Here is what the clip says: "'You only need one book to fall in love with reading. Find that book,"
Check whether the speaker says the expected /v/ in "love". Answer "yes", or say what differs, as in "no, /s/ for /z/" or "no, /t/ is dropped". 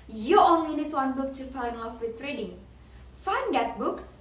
no, /f/ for /v/